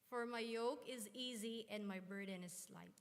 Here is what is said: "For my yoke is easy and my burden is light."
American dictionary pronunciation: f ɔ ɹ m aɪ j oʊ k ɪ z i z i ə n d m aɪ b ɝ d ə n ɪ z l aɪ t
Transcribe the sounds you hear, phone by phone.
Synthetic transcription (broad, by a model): f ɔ ɹ m aɪ j oʊ k ɪ z i z i ə n d m aɪ b ɝ d ə n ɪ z l aɪ t